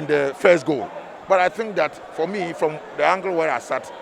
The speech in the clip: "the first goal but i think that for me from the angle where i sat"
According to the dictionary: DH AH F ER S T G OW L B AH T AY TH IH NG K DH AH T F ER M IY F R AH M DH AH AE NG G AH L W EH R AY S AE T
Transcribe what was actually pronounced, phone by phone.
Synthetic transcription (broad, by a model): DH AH F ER S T G OW L B AH T AY TH IH NG K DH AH T F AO M IY F R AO M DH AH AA NG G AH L W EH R AY S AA T